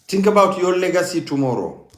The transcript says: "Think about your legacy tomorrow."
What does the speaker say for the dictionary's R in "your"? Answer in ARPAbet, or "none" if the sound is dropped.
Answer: L